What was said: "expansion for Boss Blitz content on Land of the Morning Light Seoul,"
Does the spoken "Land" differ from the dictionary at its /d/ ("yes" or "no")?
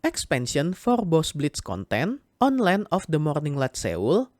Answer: yes